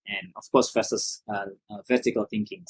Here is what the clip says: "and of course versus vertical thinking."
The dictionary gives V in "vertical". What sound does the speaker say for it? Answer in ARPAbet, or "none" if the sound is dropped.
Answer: V